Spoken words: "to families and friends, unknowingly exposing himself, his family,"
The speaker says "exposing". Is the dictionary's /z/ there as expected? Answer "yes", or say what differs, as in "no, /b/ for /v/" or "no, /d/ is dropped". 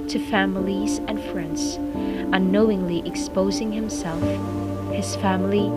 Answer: yes